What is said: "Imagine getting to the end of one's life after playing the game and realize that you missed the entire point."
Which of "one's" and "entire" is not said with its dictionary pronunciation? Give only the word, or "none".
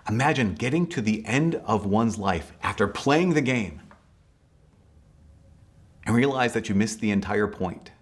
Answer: none